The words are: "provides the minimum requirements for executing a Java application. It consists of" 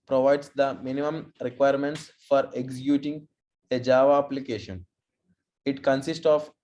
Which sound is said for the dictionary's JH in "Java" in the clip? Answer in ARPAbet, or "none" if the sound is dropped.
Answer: JH